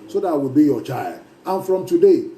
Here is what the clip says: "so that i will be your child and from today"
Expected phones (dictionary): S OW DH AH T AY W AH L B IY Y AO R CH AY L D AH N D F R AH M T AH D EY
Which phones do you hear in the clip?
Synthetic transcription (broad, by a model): S OW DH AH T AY W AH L B IY Y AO CH AY L D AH N F R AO M T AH D EY